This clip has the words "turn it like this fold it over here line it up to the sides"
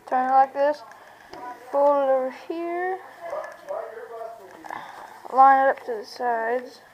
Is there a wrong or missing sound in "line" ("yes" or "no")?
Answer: yes